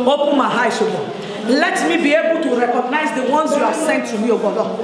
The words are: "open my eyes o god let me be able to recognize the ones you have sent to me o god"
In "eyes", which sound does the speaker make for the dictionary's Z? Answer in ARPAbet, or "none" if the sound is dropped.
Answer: S